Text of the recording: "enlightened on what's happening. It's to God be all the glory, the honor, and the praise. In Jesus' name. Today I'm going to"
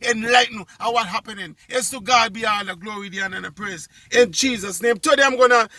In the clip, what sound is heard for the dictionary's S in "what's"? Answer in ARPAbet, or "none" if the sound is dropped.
none